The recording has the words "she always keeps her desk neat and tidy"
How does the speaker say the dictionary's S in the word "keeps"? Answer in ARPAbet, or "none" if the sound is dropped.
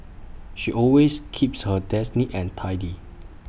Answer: S